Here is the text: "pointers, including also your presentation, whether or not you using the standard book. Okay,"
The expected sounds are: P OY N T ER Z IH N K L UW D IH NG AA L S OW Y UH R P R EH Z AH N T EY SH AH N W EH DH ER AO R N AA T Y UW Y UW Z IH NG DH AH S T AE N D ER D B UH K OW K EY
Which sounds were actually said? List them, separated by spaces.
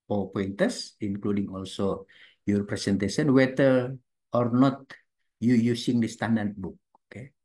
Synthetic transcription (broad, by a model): P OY N T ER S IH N K L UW D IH NG AA L S OW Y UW R P R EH S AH N T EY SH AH N W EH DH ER AO R N AA T Y UW Y UW S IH NG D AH S T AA N D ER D B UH K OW K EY